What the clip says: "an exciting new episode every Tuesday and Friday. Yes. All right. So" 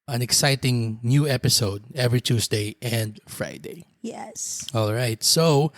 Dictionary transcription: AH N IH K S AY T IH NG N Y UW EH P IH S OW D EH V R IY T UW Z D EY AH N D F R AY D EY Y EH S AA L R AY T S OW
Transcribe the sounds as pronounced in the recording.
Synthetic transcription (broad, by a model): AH N IH K S AY T IH NG N Y UW EH P IH S OW D EH V R IY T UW S D EY AH N D F R AY D EY Y EH S AA L R AY T S OW